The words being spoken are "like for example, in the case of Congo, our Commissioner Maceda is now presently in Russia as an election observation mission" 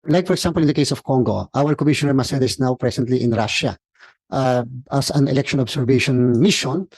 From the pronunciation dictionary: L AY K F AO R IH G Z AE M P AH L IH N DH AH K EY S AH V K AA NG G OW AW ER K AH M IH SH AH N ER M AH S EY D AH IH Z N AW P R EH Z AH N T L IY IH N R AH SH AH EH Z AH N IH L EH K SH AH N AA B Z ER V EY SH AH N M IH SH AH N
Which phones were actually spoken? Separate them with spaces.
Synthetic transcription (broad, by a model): L AY K F AO R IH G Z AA M P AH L IH N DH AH K EY S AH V K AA NG G OW AW ER K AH M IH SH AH N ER M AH S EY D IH S N AW P R EH S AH N T L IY IH N R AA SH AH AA S AH N IH L EH K SH AH N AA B S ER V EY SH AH N M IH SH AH N